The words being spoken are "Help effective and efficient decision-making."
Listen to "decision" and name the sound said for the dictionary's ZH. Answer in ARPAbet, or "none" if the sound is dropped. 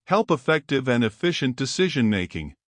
ZH